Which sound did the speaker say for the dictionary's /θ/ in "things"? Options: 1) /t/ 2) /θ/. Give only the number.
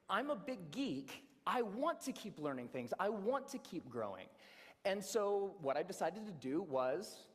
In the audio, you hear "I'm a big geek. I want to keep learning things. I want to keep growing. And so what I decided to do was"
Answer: 2